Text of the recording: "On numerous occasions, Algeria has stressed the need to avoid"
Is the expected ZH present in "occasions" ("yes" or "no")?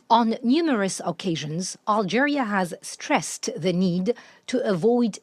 yes